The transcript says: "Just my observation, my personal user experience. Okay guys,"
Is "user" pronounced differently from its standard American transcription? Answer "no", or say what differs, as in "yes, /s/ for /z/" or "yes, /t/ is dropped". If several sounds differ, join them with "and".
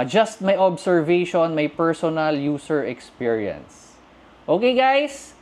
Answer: yes, /s/ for /z/